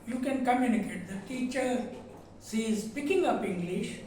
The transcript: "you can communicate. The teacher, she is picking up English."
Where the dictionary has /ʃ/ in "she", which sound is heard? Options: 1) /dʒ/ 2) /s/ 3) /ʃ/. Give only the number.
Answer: 2